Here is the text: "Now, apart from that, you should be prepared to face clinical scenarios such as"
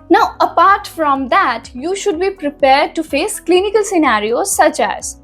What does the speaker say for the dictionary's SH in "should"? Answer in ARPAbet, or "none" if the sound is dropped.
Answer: SH